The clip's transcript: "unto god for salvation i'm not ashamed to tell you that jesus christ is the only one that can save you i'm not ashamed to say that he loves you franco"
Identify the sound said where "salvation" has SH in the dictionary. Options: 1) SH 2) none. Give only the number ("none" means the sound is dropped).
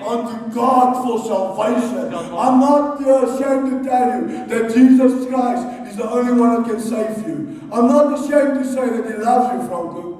1